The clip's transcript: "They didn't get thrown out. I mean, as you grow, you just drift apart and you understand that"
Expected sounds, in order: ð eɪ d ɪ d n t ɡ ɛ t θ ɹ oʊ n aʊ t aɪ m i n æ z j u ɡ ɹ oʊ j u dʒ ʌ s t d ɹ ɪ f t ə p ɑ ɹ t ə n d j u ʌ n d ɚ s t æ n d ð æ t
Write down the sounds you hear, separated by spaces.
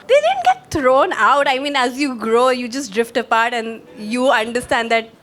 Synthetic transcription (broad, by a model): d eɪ d ɪ d n t ɡ ɛ t t ɹ oʊ n aʊ t aɪ m i n æ z j u ɡ ɹ oʊ j u dʒ ʌ s t d ɹ ɪ f t ə p ɑ ɹ t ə n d j u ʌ n d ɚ s t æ n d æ t